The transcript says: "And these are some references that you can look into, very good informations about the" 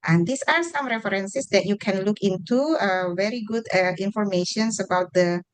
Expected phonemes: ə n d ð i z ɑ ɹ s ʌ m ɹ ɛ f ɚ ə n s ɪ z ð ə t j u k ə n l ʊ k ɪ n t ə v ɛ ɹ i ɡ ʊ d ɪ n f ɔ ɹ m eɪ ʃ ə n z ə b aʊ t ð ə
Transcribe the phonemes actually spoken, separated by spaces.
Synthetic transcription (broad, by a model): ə n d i s ɑ ɹ s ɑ m ɹ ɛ f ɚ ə n s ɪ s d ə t j u k ə n l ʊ k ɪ n t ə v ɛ ɹ i ɡ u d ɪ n f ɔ ɹ m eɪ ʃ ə n s ə b aʊ t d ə